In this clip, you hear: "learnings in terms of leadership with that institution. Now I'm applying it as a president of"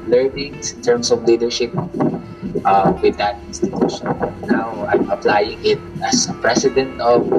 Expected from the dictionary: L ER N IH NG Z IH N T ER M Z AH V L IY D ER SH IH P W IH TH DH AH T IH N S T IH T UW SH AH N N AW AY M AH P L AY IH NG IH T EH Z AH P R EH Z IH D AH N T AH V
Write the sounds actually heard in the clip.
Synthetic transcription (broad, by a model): L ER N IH NG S IH N T ER M S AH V L IY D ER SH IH P W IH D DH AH T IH N S T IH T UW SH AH N N AW AY M AH P L AY IH NG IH T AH S AH P R EH S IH D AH N T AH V